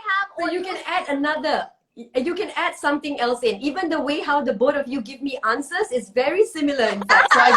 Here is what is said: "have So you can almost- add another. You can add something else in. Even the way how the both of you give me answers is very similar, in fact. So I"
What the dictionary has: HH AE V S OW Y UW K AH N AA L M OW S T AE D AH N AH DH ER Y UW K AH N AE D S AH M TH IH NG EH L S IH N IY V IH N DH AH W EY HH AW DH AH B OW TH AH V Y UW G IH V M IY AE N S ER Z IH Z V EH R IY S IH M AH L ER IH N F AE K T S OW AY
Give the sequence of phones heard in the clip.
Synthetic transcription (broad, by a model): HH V S OW Y UW K AH N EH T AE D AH N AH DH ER Y UW K AH N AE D S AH M T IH NG EH L S IH N IY V IH N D AH W EY HH AW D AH B OW T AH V Y UW G IH V M IY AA N S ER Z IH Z V EH R IY S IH M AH L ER IH N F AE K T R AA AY